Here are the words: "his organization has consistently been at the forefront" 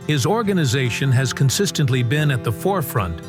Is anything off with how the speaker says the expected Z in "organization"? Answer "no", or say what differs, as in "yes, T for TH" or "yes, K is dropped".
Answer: no